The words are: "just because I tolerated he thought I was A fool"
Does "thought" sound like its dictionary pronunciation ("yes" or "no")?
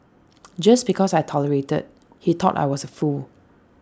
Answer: no